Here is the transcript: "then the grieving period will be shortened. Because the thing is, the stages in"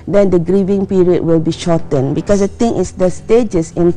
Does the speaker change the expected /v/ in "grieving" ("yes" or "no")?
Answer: no